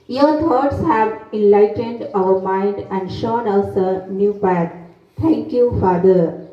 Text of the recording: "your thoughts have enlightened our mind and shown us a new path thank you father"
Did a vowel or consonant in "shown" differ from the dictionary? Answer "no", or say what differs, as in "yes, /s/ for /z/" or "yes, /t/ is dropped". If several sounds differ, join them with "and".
no